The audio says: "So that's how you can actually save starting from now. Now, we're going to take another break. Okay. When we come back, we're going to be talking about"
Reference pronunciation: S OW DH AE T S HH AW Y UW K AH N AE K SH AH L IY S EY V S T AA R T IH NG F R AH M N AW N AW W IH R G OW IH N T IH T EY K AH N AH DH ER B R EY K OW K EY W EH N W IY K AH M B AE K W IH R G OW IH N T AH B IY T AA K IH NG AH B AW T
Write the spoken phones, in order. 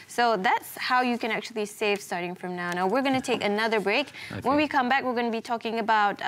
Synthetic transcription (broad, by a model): S OW DH AE T S HH AW Y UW K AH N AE K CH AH L IY S EY V S T AA R T IH NG F R AH M N AW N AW W IH R G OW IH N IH T EY K AH N AH DH ER B R EY IH K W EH N W IY K AH M B AE K W IH R G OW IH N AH B IY T AA K IH NG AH B AW T